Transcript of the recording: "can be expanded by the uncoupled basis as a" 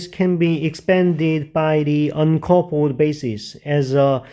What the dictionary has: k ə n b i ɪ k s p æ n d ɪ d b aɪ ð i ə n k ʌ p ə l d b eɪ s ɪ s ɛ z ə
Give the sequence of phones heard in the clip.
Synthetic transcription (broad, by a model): k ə n b i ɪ k s p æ n d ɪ d b aɪ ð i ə n k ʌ p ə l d b eɪ s ɪ s ɛ z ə